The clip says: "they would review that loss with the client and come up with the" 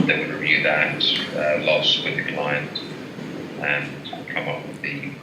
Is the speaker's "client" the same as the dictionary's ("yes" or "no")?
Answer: yes